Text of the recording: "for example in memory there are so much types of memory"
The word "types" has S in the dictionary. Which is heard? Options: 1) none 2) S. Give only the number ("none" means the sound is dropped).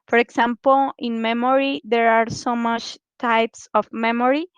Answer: 2